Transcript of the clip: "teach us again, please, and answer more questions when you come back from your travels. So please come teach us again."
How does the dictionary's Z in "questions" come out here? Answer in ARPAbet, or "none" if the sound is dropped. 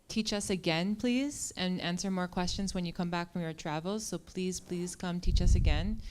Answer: Z